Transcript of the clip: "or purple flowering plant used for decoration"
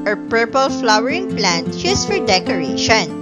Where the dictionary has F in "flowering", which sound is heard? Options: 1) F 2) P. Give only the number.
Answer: 1